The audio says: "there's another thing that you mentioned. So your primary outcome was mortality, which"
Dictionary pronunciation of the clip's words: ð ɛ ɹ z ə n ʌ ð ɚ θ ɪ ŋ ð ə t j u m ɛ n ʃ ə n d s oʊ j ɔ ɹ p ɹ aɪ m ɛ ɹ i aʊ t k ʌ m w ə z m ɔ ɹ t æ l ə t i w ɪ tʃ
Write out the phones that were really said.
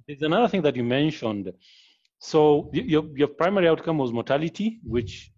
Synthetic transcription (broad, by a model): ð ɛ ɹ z ə n ʌ ð ɚ θ ɪ ŋ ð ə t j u m ɛ n ʃ ə n d s oʊ j ɔ ɹ p ɹ aɪ m ɛ ɹ i aʊ t k ʌ m w ə z m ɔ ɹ t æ l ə t i w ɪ tʃ